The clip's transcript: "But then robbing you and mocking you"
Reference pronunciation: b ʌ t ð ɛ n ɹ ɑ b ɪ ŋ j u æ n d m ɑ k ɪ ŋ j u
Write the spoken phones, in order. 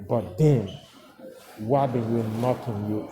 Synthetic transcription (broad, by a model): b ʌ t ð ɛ n w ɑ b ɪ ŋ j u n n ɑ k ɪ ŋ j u